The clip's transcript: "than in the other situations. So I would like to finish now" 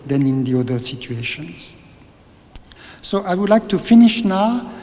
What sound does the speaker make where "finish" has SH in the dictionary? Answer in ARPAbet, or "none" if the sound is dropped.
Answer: SH